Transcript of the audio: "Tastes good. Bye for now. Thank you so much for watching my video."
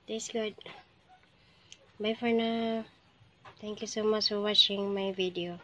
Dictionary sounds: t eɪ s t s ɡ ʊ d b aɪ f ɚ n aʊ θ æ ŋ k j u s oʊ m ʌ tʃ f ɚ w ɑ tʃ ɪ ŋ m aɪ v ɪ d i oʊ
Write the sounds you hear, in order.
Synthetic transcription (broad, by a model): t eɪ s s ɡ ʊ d b aɪ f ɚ n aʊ t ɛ ŋ k j u s oʊ m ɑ tʃ f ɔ w ɑ tʃ ɪ ŋ m aɪ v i d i oʊ